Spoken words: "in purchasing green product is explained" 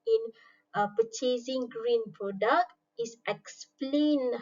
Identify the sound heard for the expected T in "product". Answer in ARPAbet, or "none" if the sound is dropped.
T